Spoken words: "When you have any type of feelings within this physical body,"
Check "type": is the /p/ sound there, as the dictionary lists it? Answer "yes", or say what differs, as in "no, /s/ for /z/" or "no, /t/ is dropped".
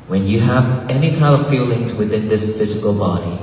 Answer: no, /p/ is dropped